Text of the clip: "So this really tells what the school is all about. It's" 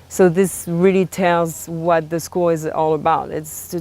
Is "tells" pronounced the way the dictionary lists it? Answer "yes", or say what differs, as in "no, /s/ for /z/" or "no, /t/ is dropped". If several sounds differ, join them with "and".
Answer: yes